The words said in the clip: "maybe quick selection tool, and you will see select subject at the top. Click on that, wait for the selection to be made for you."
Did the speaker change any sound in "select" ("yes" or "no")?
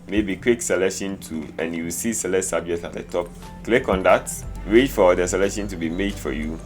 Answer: yes